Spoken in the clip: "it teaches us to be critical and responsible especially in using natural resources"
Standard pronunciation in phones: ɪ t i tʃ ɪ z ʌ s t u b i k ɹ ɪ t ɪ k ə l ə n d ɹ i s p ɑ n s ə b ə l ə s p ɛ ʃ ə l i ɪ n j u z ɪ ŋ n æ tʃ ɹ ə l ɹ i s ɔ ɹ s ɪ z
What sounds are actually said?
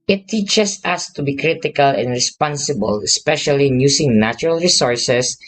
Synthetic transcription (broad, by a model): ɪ t i tʃ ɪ s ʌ s t u b i k ɹ ɪ t ɪ k ə l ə n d ɹ i s p ɑ n s ə b ə l ə s p ɛ ʃ ə l i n j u s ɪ ŋ n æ tʃ ɹ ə l ɹ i s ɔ ɹ s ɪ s